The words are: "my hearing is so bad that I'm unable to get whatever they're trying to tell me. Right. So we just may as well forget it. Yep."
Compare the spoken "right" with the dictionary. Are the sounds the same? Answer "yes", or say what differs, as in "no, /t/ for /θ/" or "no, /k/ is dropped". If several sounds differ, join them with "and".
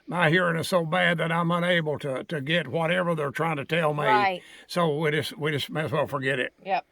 no, /w/ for /ɹ/